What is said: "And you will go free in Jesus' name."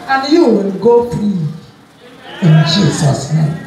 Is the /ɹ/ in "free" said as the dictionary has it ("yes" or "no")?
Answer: no